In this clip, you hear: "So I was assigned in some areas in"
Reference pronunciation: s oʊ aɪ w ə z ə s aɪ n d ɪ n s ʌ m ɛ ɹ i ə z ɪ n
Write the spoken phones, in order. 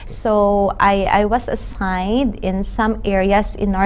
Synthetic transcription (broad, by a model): s oʊ aɪ w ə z ə s aɪ n d ɪ n s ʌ m ɛ ɹ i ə s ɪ n